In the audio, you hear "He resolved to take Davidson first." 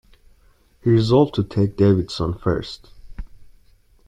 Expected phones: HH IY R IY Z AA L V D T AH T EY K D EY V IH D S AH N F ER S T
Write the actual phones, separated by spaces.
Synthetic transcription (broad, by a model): HH IY R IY Z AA L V T AH T EY K D EY V IH D S AH N F ER S T